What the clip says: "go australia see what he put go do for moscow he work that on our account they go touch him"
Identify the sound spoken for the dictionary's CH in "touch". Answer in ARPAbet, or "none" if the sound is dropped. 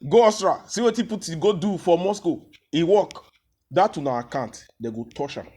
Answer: SH